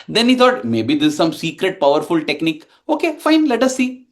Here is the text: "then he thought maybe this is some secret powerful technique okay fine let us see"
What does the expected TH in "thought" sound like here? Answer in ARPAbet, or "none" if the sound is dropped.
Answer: T